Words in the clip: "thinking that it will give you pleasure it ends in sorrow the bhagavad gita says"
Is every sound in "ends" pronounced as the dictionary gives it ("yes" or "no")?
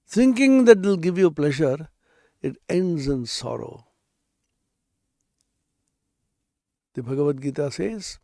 yes